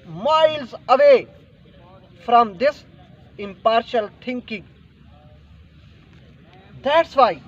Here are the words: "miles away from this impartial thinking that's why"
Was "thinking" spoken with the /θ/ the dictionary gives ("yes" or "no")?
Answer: no